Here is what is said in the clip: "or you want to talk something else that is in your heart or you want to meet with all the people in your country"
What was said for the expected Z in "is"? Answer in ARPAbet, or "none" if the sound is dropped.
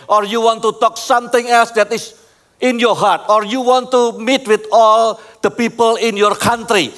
S